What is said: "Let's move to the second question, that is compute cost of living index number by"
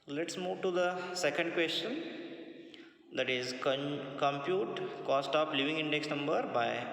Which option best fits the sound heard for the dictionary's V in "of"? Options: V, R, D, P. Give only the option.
P